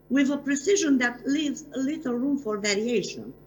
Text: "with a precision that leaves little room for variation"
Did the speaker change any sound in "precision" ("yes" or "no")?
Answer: no